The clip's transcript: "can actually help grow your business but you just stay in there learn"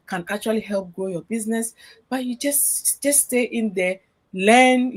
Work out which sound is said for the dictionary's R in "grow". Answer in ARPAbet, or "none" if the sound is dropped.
none